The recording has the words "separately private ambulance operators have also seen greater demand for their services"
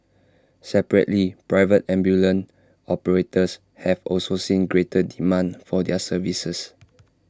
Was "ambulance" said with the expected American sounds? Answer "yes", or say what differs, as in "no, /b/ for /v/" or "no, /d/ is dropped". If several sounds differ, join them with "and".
no, /s/ is dropped